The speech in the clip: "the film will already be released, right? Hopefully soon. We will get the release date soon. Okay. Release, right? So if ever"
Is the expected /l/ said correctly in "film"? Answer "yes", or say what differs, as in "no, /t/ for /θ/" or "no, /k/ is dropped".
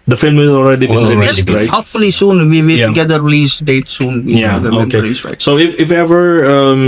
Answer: yes